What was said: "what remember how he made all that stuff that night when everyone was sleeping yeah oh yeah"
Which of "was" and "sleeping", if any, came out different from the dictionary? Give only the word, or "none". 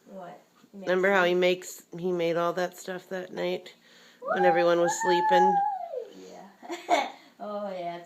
none